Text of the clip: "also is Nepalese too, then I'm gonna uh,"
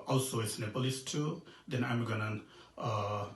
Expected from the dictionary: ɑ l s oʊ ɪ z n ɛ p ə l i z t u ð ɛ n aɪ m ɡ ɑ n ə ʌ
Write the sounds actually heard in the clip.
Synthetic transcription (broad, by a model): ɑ l s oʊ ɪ s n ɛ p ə l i s t u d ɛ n aɪ m ɡ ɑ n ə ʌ